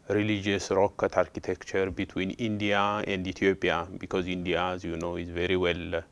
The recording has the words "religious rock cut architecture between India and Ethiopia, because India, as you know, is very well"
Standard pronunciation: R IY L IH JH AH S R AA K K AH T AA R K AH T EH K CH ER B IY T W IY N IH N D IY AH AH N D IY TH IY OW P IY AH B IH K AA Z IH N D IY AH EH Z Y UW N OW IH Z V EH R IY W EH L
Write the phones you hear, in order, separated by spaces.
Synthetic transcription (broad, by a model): R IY L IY JH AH S R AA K K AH T AA R K AH T EH K CH ER B IY T W IY N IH N D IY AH AH N D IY T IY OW P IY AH B IH K AA Z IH N D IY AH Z Y UW N OW IH Z V EH R IY W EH L